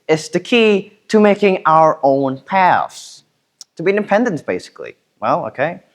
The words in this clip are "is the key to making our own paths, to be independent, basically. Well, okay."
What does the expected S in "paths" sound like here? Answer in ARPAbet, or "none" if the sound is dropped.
S